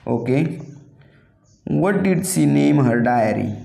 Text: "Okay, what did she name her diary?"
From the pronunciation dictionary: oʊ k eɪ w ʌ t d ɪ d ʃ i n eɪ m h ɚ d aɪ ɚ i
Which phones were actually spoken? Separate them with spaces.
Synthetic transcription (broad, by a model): oʊ k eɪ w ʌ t d ɪ d s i n eɪ m h ɚ d aɪ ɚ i